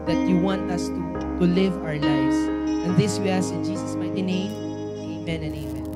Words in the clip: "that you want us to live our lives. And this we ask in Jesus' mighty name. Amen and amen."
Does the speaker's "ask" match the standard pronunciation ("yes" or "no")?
no